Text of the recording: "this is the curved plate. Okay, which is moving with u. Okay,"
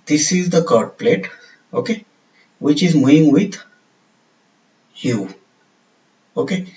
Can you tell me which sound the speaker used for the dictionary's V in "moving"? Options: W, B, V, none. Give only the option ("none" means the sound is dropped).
none